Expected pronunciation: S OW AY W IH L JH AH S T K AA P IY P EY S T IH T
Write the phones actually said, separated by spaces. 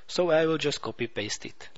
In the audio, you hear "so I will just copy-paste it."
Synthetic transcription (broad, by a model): S OW AY W IH L JH AH S T K AA P IY P EY S T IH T